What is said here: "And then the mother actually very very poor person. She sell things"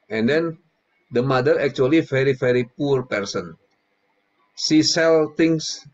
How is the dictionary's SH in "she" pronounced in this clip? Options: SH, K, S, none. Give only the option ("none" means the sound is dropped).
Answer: S